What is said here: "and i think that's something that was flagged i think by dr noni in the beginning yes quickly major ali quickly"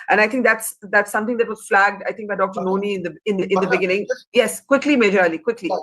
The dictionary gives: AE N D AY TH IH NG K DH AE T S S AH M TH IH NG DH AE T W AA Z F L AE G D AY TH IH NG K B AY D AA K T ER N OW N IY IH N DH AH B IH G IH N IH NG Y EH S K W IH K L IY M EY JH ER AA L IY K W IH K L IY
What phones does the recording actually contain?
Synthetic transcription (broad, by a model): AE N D AY T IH NG K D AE T S S AH M T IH NG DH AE T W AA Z F L AE G D AY T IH NG K B AY D AA K T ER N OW N IY IH N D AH B IH G IH N IH NG Y EH S K W IH K L IY M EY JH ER L IY K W IH K L IY